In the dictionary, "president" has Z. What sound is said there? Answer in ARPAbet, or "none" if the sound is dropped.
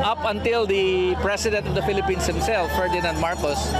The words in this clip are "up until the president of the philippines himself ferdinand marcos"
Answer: S